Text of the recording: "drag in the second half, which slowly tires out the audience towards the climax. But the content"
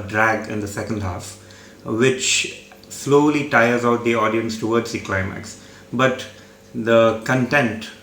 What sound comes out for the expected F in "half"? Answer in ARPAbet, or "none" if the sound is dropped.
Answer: F